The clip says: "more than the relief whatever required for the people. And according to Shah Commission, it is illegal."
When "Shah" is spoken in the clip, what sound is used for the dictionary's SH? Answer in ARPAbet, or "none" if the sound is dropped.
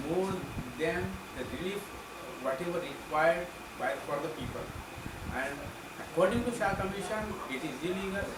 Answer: S